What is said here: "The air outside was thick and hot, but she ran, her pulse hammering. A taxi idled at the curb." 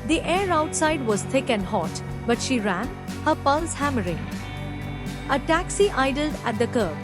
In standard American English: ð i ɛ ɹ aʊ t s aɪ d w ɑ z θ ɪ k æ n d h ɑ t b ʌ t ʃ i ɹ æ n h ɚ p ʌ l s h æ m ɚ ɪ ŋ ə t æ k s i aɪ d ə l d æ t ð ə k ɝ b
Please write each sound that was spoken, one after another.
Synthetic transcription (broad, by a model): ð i ɛ ɹ aʊ t s aɪ d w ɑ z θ ɪ k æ n d h ɑ t b ʌ t ʃ i ɹ æ n h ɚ p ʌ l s h æ m ɚ ɪ ŋ ə t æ k s i aɪ d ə l d æ t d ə k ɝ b